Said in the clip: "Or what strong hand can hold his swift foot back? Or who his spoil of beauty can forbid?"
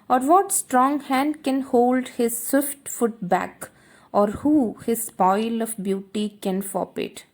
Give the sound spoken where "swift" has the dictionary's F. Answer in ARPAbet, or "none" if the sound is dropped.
F